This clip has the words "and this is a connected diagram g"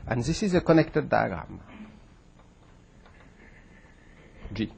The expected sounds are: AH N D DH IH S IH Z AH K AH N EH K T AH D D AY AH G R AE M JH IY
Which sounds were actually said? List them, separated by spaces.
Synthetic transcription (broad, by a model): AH N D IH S IH Z AH K AH N EH K T AH D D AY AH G AA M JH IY